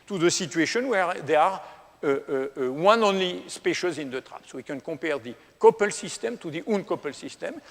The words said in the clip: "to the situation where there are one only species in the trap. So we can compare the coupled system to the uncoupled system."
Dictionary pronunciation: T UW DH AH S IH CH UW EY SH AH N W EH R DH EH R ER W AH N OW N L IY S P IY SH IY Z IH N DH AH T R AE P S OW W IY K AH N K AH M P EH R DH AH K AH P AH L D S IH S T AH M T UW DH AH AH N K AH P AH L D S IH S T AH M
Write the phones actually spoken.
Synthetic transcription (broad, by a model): T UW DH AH S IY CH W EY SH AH N W EH R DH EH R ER W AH N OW N L IY S P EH SH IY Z IH N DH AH T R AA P S OW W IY K AH N K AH P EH R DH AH K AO P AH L S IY S T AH M T UW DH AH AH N K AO P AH L S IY S T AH M